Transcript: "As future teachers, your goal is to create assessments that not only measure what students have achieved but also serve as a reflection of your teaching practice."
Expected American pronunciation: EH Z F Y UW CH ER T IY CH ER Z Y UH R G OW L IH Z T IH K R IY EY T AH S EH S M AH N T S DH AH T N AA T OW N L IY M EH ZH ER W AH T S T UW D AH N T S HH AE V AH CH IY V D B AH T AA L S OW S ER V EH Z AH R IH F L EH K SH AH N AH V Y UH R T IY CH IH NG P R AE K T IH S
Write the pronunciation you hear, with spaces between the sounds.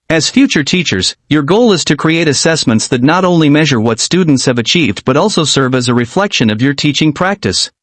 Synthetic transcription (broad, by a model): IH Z F Y UW CH ER T IY CH ER Z Y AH R G OW L IH Z T IH K R IY EY T AH S EH S M AH N T S DH AH T N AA T OW N L IY M EH ZH ER W AH T S T UW D N T S HH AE V AH CH IY V D B AH T AA L S OW S ER V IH Z AH R IH F L EH K SH AH N AH V Y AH R T IY CH IH NG P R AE K T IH S